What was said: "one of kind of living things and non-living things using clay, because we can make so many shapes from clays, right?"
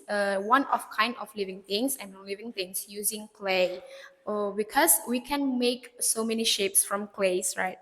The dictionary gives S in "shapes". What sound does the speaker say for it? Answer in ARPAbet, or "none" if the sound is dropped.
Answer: S